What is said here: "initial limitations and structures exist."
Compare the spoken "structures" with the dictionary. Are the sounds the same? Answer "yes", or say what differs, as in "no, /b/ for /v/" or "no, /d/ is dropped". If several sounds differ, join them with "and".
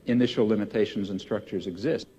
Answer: yes